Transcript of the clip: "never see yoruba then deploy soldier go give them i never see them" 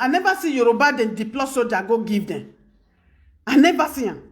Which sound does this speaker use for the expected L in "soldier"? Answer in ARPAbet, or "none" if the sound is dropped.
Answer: none